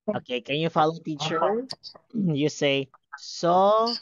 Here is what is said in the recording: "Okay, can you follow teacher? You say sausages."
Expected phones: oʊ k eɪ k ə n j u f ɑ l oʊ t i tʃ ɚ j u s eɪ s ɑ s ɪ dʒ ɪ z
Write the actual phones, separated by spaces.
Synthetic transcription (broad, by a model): oʊ k eɪ k ə n j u f ɑ l oʊ t i tʃ ɚ j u s eɪ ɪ s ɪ